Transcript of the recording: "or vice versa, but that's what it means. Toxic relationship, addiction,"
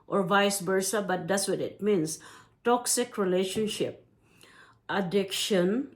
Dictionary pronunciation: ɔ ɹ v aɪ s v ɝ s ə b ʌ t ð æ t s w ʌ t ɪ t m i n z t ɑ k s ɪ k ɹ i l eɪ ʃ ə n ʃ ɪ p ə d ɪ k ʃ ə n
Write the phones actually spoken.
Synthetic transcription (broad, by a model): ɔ ɹ v aɪ s b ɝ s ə b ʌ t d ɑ t s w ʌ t ɪ t m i n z t ɑ k s ɪ k ɹ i l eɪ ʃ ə n ʃ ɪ p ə d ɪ k ʃ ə n